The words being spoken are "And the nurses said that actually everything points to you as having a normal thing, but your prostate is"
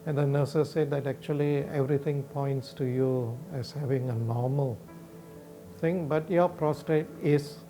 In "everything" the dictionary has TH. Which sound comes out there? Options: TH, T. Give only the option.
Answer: T